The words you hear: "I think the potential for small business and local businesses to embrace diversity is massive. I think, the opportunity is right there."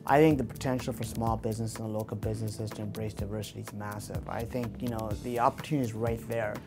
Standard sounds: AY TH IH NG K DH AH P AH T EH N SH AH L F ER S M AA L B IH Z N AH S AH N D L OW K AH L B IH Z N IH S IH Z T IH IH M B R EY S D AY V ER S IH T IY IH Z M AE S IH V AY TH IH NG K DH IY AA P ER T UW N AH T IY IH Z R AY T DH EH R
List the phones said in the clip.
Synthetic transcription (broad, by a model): AY TH IH NG K DH AH P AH T EH N SH L F ER S M AA L B IH Z N AH S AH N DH L OW K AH L B IH Z N IH S IH Z T IH IH M B R EY S D AY V ER S IH T IY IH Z M AE S IH V AY TH IH NG K DH IY AA P ER T UW N AH T IY Z R AY T DH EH R